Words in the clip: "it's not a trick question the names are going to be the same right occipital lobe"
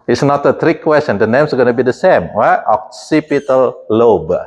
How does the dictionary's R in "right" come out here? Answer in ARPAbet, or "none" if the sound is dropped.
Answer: W